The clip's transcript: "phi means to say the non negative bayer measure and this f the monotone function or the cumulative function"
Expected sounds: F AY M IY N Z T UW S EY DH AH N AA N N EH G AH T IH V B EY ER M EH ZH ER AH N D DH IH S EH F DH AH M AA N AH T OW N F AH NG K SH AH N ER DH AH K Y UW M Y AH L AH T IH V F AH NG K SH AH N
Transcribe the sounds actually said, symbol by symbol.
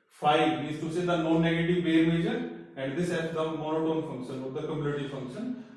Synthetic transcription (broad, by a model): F AY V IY Z T UW S EY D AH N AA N N EH G AH T IH V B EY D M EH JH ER AH N D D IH S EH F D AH M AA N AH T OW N F AH NG K SH AH N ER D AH K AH M Y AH N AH T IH F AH NG K SH AH N